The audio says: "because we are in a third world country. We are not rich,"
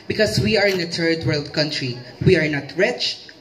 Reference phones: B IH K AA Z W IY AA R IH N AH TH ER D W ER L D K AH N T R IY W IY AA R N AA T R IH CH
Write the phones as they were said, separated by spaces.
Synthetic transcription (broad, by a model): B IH K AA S W IY AA R IH N AH T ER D W ER L D K AH N T R IY W IY AA R N AA T R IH CH